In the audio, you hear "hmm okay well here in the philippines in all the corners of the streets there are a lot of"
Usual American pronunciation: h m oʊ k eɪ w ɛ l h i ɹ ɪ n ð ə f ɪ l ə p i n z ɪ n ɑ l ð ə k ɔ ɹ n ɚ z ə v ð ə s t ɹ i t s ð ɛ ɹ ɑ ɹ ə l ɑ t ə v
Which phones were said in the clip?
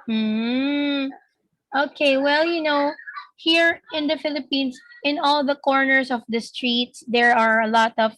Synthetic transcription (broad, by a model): m oʊ k eɪ w ɛ l h i ɹ ɪ n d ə f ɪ l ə p i n s ɪ n ɑ l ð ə k ɔ ɹ n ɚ s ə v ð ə s t ɹ i t s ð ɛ ɹ ɑ ɹ ə l ɑ t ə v